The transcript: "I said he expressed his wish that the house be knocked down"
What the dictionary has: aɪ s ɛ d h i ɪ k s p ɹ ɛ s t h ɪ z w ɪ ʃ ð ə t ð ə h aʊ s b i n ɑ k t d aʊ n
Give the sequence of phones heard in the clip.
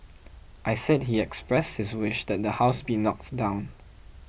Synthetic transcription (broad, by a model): aɪ s ɛ d h i ɪ k s p ɹ ɛ s t h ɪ s w ɪ ʃ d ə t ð ə h aʊ s b i n ɑ k t d aʊ n